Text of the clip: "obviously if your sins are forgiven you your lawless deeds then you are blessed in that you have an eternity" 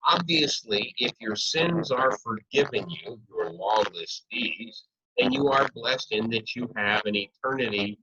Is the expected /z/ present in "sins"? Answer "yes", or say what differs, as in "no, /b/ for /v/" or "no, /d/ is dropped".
yes